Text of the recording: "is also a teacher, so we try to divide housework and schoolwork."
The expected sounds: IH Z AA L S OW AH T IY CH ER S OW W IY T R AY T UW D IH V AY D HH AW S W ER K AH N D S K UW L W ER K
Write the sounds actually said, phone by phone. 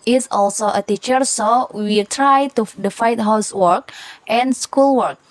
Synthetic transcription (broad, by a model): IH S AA L S OW AH T IY CH ER S OW W IY T R AY T UW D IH F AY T HH AW S W ER K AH N S K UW L W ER K